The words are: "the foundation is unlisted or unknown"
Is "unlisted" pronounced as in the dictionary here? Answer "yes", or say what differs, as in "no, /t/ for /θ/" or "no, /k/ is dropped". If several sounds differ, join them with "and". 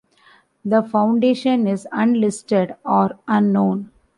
yes